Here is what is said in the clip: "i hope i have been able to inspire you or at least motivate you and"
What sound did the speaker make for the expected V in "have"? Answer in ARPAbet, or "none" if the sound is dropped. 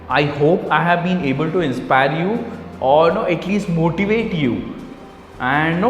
V